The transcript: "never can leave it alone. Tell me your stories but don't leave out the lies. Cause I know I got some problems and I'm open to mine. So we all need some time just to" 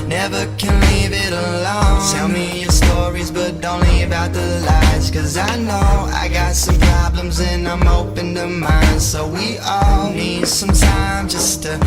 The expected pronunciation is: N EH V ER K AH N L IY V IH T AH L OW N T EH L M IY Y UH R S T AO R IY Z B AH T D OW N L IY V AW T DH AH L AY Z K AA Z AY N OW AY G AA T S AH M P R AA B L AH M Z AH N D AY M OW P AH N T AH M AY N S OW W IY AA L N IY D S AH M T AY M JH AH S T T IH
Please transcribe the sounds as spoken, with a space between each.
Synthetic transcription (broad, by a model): N EH V ER K AH N L IY V IH T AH L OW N T EH L M IY Y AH R S T AO R IY Z B AH T D OW N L IY B AW T DH AH L AY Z K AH Z AY N OW AY G AA T S AH M P R AA B L AH M Z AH N AY M OW P AH N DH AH M AY N S OW W IY AA L N IY D S AH M T AY M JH AH S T T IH